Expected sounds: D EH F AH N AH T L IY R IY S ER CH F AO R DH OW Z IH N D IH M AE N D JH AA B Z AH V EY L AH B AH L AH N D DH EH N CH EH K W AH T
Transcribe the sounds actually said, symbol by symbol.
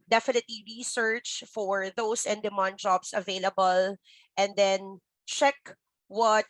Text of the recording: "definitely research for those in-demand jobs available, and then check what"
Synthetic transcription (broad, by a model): D EH F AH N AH T L IY R IY S ER CH F AO R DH OW S IH N D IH M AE N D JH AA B S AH V EY L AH B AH L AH N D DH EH N CH EH K W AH T